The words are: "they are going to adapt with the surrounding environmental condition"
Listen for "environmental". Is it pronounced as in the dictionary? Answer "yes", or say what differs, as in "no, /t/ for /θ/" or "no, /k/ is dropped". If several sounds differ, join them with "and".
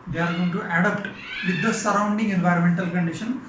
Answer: yes